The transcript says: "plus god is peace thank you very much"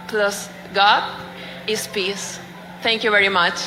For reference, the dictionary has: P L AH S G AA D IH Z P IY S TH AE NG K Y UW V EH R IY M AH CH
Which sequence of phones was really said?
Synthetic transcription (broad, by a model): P L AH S G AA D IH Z P IY S T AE NG K Y UW V EH R IY M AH CH